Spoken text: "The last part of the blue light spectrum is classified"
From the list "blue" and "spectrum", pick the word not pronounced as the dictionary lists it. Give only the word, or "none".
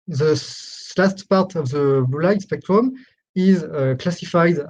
blue